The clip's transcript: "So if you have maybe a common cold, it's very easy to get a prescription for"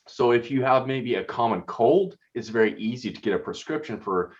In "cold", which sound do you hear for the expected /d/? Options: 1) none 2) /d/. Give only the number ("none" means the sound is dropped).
2